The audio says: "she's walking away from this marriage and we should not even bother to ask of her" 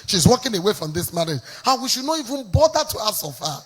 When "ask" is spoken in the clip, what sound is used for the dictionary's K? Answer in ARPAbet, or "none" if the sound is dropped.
none